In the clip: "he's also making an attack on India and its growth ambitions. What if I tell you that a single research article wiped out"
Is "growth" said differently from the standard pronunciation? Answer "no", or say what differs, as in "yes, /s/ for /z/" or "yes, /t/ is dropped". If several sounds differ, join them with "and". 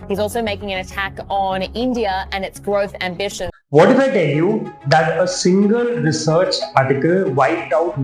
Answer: no